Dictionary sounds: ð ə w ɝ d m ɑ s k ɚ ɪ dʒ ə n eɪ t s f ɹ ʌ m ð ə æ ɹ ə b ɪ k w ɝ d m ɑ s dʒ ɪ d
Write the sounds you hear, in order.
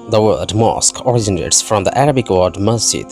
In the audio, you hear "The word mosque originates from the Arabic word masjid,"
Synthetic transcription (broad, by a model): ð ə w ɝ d m ɑ s k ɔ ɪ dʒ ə n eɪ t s f ɹ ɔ m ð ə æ ɹ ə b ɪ k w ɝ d m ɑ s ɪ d